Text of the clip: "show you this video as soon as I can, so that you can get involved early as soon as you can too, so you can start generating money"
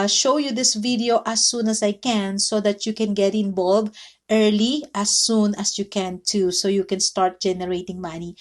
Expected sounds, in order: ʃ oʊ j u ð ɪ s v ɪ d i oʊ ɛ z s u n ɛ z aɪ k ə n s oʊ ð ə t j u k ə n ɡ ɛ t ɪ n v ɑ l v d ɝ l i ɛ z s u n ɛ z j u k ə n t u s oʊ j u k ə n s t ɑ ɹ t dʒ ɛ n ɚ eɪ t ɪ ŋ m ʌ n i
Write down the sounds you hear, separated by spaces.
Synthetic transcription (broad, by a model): ʃ oʊ j u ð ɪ s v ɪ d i oʊ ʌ s u n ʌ s aɪ k ə n s oʊ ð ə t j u k ə n ɡ ɛ t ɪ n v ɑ l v ɝ l i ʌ s u n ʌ s j u k ə n t u s oʊ j u k ə n s t ɑ ɹ t dʒ ɛ n ɚ eɪ t ɪ ŋ m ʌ n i